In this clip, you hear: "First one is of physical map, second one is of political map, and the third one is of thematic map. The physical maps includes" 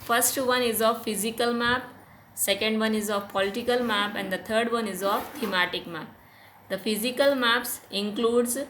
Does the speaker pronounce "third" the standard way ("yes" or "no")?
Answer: no